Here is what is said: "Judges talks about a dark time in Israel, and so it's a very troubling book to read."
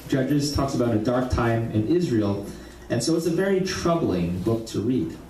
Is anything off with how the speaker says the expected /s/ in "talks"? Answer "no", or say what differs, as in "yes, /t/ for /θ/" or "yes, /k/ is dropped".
no